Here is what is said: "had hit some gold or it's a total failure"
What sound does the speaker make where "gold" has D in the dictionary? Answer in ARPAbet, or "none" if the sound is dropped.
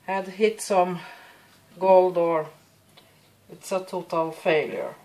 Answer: D